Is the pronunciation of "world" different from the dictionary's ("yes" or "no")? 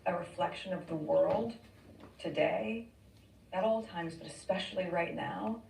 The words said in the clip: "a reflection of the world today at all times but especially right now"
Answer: no